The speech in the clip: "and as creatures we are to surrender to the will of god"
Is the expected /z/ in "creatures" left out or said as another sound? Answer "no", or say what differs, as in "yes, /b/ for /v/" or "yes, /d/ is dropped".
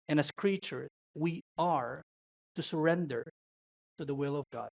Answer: yes, /z/ is dropped